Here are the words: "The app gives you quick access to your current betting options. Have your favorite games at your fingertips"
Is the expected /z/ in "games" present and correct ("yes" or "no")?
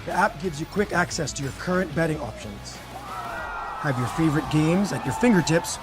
yes